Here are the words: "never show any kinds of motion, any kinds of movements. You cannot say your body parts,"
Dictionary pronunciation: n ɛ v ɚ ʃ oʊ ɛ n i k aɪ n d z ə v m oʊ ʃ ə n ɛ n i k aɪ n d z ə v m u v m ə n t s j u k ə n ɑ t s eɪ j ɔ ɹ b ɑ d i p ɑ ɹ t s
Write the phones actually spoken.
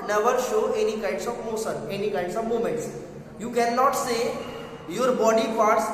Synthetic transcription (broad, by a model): n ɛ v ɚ ʃ oʊ ɛ n i k aɪ n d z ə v m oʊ s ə n ɛ n i k aɪ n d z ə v m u m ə n t s j u k ə n ɑ t s eɪ j ɔ ɹ b ɑ d i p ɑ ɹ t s